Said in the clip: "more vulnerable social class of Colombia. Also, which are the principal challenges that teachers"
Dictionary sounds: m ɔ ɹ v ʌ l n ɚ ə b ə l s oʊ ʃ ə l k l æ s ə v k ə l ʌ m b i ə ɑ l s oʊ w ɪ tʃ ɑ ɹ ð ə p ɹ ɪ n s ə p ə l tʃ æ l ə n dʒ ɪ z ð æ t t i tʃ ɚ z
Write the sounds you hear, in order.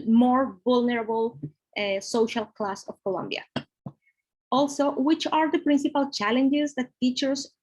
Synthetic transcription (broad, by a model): m ɔ ɹ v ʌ l n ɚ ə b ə l s oʊ ʃ ə l k l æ s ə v k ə l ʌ m b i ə ɑ l s oʊ w ɪ tʃ ɑ ɹ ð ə p ɹ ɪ n s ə p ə l tʃ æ l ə n dʒ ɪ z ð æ t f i tʃ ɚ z